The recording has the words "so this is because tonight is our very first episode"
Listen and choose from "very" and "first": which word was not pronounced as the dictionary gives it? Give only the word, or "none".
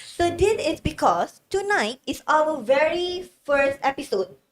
none